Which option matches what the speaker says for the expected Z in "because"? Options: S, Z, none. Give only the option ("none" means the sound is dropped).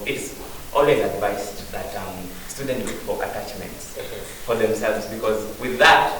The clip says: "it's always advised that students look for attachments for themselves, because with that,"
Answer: Z